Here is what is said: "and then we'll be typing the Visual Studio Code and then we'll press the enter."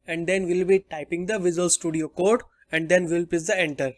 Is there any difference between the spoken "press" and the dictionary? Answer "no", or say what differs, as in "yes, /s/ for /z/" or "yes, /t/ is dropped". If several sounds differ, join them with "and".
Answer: yes, /ɹ/ is dropped